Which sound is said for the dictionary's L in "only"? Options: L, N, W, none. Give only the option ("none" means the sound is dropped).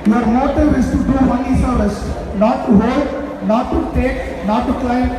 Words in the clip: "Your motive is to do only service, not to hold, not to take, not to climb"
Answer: none